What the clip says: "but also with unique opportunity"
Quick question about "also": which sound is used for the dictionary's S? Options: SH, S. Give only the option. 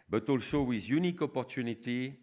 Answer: SH